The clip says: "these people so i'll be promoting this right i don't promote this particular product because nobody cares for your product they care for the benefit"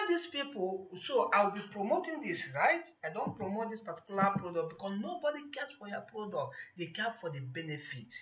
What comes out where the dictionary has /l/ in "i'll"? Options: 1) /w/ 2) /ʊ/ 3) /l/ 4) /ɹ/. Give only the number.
1